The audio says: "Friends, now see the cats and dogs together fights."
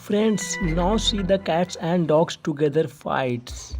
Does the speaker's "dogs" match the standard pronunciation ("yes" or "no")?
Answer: no